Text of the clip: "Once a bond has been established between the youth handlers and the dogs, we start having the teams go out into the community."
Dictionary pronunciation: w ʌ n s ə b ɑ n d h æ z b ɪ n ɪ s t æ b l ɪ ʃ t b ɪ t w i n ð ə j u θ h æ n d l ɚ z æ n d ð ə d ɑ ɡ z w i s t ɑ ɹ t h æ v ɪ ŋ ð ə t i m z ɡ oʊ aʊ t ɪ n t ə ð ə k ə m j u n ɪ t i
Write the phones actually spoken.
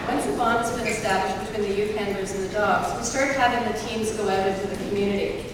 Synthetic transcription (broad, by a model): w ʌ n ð ə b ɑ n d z b ɪ n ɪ s t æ b l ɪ ʃ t b ɪ t w i n ð ə j u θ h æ n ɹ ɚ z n ð ə d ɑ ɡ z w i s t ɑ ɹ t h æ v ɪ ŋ ð ə t i m z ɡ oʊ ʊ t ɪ t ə ð ə k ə m j u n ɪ t i